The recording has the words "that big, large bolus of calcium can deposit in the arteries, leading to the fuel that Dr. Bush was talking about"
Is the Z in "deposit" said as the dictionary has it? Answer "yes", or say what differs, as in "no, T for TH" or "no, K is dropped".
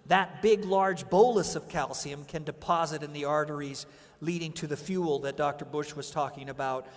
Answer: yes